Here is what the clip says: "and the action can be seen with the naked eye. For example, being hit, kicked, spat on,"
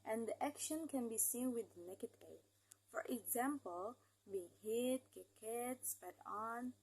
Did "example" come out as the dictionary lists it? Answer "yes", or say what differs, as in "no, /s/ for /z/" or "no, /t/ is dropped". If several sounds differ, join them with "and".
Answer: yes